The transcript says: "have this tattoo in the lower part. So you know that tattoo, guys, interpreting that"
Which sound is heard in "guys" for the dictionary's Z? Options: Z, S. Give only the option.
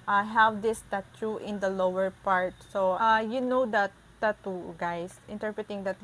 S